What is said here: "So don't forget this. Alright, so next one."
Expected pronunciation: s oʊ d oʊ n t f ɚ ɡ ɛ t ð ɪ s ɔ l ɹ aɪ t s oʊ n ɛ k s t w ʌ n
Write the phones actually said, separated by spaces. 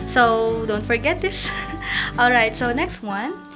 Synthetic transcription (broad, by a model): s oʊ d oʊ n t f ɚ ɡ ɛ t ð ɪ s ɔ l ɹ aɪ t s oʊ n ɛ k s t w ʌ n